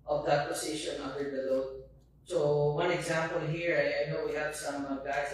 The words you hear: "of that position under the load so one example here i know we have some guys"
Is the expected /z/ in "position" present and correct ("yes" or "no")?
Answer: no